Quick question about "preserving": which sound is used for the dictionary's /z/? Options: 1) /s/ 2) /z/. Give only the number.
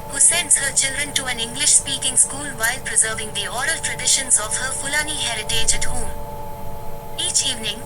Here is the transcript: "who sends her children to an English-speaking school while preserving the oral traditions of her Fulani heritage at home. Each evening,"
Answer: 2